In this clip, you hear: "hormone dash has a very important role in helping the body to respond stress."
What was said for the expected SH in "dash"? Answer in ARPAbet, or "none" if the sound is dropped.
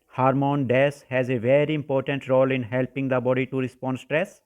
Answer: S